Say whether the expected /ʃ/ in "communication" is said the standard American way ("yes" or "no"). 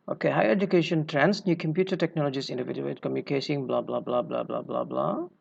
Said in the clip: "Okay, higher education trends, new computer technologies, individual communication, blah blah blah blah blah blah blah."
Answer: no